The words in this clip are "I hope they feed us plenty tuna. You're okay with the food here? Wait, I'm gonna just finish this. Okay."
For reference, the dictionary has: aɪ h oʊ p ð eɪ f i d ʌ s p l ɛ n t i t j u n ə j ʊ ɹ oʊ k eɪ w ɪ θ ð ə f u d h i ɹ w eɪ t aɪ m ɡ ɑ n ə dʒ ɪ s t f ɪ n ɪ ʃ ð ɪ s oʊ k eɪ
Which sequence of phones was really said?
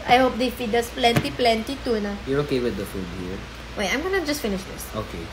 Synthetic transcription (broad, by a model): aɪ h oʊ p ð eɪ f i d ʌ s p l ɛ n t i t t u n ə j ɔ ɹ oʊ k eɪ w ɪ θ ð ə f u d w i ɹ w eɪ aɪ m ɡ ɑ n ə dʒ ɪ s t f ɪ n ɪ ʃ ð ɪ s oʊ k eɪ